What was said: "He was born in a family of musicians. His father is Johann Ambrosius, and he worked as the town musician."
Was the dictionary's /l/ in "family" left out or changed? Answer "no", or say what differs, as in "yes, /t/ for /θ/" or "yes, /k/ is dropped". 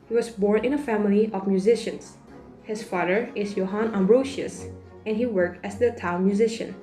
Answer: no